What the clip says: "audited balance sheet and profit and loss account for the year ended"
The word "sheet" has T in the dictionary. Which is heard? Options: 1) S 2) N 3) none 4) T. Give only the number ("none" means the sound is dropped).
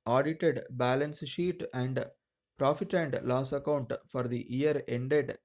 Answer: 4